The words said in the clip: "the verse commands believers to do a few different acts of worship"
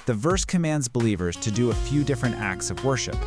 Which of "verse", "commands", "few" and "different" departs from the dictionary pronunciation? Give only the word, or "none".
none